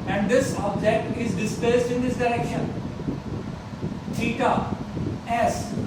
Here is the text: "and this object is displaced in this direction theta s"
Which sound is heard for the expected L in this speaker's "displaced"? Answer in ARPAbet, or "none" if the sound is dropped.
none